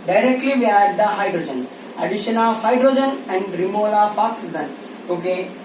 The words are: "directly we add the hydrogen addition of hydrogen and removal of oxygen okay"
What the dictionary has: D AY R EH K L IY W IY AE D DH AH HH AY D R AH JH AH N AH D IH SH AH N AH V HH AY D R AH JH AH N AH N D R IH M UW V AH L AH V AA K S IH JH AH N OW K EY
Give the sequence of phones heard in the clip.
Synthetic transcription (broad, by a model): D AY R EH K L IY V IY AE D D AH HH AY D R AH JH AH N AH D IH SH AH N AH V HH AY D R AH JH AH N AH N D R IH M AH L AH F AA K S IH Z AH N OW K EY